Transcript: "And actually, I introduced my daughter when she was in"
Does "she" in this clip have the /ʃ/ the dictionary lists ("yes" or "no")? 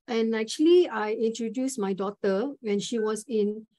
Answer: yes